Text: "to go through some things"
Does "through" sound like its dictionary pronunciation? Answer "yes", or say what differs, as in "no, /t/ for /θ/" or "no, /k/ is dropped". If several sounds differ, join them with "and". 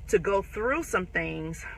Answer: yes